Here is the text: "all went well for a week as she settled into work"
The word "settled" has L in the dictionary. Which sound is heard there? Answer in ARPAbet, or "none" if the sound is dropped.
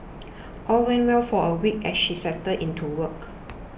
none